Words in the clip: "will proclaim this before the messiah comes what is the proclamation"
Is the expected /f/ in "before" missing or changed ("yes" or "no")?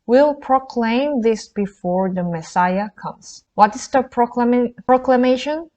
no